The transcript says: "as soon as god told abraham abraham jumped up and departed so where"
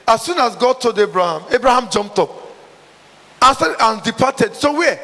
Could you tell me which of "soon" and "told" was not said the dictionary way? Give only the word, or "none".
told